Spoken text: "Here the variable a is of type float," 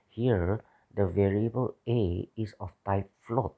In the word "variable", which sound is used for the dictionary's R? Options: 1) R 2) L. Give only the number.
1